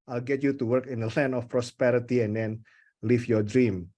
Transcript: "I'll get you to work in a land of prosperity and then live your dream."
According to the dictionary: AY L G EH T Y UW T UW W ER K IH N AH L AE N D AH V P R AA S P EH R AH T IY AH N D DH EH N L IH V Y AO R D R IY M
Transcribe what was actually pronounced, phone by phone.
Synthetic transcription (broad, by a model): AY L G EH T Y UW T UW W ER K IH N AH L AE N AH F P R AA S P EH R AH T IY AH N D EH N L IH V Y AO D R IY M